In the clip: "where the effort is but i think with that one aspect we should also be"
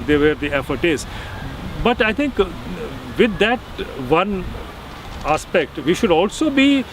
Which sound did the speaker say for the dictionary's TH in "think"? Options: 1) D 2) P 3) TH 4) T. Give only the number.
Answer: 4